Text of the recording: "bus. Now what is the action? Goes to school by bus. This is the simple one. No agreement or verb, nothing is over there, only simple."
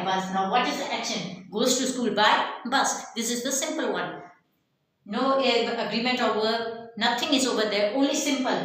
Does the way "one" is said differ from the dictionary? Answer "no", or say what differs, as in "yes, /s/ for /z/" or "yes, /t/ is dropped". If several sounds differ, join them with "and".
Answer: no